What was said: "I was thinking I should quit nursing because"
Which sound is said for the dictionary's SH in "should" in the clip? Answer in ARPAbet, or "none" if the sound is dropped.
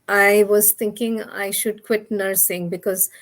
SH